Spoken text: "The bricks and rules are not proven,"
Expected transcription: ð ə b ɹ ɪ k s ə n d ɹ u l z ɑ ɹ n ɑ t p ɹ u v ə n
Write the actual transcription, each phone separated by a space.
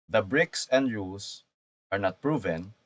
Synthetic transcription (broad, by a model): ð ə b ɹ ɪ k s ə n d ɹ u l s ɑ ɹ n ɑ t p ɹ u v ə n